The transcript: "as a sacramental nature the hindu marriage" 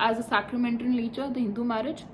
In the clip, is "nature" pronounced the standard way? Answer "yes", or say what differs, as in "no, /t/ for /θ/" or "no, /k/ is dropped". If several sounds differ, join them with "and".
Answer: no, /l/ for /n/